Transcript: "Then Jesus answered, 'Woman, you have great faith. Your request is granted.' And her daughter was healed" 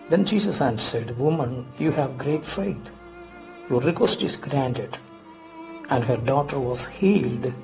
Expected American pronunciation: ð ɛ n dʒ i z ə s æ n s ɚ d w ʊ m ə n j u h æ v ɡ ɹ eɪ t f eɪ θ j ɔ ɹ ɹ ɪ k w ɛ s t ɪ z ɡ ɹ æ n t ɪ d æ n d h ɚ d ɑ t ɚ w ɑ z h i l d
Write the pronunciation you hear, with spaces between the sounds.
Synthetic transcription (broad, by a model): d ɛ n dʒ i s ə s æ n s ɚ d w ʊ m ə n j u h æ v ɡ ɹ eɪ t f eɪ t j ɔ ɹ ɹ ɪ k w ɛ s t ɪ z ɡ ɹ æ n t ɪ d æ n d h ɚ d ɑ t ɚ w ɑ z h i l d